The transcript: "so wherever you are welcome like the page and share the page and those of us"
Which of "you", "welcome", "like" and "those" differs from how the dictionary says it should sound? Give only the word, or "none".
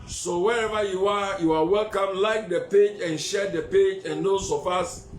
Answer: those